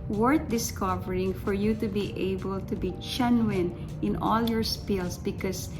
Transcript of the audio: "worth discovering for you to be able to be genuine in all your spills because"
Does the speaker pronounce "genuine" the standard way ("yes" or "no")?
no